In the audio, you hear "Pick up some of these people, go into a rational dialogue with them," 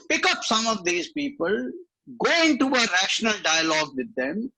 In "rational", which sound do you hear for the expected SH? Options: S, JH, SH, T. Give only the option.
SH